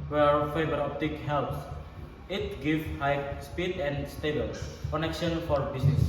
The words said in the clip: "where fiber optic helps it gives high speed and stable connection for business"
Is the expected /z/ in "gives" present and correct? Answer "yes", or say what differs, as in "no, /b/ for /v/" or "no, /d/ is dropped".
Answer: no, /z/ is dropped